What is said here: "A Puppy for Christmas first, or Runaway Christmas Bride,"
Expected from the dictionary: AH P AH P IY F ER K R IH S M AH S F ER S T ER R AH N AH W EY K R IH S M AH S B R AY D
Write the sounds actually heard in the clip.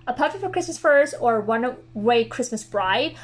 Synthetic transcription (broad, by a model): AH P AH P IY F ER K R IH S M AH S F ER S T ER W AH N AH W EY K R IH S M AH S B R AY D